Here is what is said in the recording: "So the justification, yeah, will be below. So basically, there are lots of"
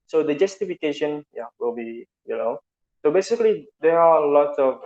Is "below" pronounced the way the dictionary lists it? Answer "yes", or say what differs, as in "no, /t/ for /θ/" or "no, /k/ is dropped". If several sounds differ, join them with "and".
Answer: no, /n/ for /l/